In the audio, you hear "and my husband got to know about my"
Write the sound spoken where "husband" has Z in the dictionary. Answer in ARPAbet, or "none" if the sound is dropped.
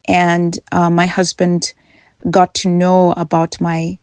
Z